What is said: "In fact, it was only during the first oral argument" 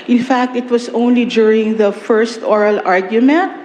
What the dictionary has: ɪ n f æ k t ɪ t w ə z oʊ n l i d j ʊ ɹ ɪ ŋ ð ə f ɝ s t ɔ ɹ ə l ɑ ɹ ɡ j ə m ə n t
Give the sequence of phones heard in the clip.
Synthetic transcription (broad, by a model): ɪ n f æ k t ɪ t w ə s oʊ n l i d j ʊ ɹ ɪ ŋ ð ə f ɝ s t ɔ ɹ ə l ɑ ɹ ɡ j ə m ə n t